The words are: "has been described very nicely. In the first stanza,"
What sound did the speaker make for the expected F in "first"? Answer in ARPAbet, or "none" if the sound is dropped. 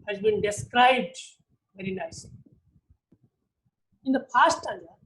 P